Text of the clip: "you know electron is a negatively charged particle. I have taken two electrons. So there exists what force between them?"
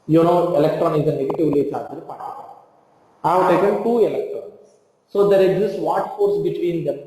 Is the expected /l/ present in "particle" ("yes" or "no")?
no